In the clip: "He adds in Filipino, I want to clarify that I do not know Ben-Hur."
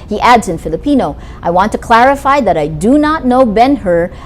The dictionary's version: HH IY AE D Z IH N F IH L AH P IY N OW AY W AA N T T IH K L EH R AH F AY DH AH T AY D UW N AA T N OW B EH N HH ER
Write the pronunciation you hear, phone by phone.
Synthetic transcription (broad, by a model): HH IY AE D Z IH N F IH L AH P IY N OW AY W AA N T T IH K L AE R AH F AY DH AH T AY D UW N AA T N OW B EH N HH ER